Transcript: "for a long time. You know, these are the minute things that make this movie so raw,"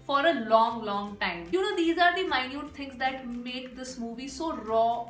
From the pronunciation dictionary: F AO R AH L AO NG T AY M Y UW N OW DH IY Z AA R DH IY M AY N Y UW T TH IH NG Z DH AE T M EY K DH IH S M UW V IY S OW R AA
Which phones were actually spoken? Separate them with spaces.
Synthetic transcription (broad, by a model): F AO R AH L AO NG T AY M Y UW N OW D IY Z AA R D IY M AY N Y UW T T IH NG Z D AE T M EY K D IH S M UW V IY S OW R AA